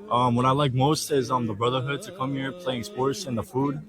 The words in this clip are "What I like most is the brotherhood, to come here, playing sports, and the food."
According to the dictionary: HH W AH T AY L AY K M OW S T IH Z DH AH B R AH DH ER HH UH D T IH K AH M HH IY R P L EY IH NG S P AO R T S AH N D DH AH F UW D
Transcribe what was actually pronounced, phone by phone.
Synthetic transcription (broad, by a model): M W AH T AY L AY K M OW S T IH Z DH AH B R AH DH ER HH UH D T IH K AH M HH IY R P L EY IH NG S P AO R T S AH N DH AH F UW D